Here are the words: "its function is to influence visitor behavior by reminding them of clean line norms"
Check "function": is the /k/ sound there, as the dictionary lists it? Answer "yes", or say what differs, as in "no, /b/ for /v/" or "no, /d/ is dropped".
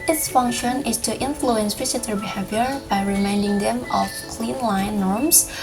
yes